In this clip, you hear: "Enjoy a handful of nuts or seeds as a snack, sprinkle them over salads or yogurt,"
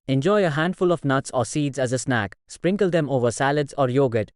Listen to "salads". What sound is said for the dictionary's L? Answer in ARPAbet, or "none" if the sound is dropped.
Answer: L